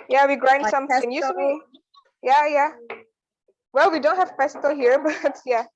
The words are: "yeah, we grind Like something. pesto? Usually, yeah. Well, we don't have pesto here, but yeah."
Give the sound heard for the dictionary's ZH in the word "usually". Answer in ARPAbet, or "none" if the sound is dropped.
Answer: S